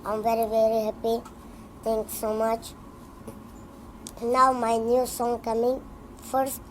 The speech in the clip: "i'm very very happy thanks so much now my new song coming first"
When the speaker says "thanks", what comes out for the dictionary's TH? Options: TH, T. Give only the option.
T